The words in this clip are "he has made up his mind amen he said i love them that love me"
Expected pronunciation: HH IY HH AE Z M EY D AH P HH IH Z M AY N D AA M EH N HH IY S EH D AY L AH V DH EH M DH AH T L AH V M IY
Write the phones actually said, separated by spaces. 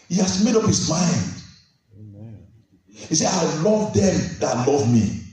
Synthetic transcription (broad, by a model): HH IY HH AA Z M EY D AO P HH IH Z M AY N D HH IY S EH AY L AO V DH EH M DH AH T L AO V M IY